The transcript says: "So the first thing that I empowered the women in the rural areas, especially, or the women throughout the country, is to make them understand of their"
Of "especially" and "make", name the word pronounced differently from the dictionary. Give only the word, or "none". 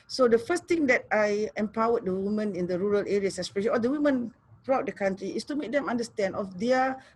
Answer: especially